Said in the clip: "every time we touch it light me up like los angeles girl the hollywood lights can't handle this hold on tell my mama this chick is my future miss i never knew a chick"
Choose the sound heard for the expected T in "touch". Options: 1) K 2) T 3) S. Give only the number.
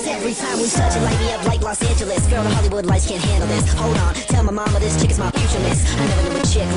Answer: 3